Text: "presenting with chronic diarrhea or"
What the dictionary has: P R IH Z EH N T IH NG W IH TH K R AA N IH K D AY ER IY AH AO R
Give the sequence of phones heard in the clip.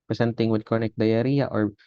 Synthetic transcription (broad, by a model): P R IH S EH N T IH NG W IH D K AA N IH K D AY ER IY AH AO R